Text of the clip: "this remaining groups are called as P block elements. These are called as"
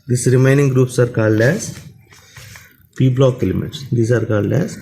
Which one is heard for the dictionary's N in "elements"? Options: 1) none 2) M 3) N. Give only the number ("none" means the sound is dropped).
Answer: 1